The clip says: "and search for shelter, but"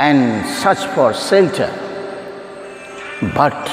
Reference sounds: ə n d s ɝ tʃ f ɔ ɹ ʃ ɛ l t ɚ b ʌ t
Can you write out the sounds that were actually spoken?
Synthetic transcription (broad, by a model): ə n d s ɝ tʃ f ɔ ɹ s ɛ l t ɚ b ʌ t